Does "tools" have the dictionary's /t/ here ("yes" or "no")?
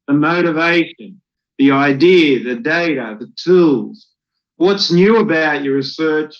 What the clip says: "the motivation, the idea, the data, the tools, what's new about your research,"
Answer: yes